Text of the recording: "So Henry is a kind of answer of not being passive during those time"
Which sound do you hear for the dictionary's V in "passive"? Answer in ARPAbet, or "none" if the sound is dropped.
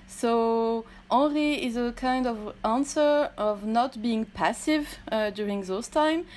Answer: V